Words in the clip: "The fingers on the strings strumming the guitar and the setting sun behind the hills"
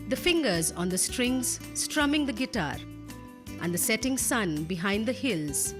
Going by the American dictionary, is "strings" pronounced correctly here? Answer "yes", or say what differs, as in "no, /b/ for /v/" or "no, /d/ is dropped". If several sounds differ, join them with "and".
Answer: yes